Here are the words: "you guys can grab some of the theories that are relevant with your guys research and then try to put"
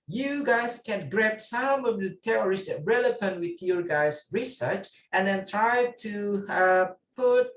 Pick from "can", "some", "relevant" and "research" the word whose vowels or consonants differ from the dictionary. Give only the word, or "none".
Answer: relevant